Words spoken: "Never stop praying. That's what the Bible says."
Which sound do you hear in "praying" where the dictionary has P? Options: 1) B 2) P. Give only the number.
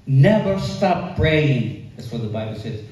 1